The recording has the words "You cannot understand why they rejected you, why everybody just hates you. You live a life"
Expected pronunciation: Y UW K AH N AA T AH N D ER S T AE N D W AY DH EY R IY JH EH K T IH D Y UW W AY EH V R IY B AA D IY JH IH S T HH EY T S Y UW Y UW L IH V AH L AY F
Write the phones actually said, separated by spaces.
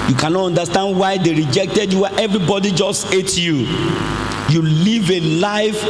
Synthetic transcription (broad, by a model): Y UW K AH N AA T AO N D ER S T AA N D W AY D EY R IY JH EH K T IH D Y UW W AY EH V R IY B AA D IY JH IH S T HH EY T Y UW Y UW L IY V AH L AY F